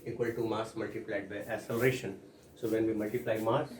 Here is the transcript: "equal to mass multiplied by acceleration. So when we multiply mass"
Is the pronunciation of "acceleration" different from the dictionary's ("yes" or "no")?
yes